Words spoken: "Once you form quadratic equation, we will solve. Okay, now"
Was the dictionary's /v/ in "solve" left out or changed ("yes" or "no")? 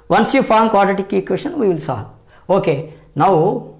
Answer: yes